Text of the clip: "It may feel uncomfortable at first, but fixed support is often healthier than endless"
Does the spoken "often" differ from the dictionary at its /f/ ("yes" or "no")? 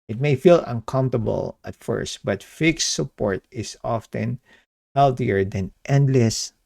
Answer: no